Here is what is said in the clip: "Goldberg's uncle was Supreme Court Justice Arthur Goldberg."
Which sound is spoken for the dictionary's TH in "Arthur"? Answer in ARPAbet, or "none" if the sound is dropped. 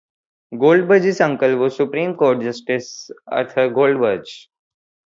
T